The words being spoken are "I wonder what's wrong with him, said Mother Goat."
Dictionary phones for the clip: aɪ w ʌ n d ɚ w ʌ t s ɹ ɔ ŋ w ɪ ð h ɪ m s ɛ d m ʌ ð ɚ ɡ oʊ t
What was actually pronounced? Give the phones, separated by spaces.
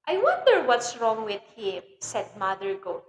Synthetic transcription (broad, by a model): aɪ w ʌ n d ɚ w ʌ t s ɹ ɔ ŋ w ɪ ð h ɪ m s ɛ d m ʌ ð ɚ ɡ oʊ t